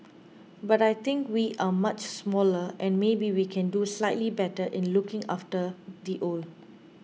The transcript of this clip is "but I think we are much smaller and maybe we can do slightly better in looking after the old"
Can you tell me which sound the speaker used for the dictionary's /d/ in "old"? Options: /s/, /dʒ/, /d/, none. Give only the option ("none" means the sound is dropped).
none